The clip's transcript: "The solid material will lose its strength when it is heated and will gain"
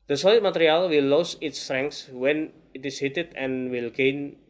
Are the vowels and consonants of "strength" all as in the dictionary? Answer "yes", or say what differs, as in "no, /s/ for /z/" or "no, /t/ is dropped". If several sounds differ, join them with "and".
no, /s/ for /θ/